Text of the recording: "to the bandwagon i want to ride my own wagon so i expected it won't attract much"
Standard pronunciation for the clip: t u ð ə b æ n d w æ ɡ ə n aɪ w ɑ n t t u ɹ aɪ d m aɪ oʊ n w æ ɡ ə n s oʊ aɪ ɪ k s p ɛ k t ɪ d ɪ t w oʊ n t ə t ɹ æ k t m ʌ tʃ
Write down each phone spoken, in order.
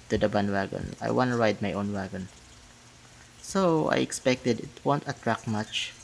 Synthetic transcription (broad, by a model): t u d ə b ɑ n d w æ ɡ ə n aɪ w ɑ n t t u ɹ aɪ d m aɪ oʊ n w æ ɡ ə n s oʊ aɪ ɪ k s p ɛ k t ɪ d ɪ t w oʊ n t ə t ɹ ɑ k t m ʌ tʃ